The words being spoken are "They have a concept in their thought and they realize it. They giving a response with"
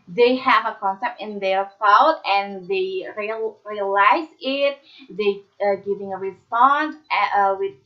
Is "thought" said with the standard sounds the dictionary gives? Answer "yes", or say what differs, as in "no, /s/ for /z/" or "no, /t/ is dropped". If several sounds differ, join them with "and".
no, /f/ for /θ/